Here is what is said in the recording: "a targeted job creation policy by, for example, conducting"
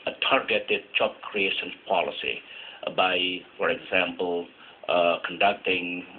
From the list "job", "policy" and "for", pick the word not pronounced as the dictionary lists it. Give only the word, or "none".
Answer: job